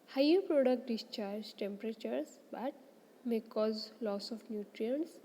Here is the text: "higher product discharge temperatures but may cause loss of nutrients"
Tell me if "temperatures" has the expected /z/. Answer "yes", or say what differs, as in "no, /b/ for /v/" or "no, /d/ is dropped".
no, /s/ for /z/